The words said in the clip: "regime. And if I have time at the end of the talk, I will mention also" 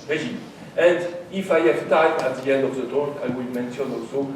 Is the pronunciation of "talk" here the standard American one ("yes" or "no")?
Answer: no